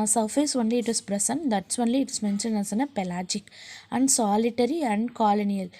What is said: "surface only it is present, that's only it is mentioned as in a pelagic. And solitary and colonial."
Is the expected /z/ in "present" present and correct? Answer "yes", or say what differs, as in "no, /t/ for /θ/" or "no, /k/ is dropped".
no, /s/ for /z/